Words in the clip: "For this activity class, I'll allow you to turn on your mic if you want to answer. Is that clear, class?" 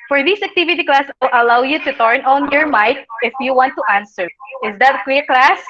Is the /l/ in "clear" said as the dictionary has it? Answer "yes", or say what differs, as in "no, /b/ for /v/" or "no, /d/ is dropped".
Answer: no, /w/ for /l/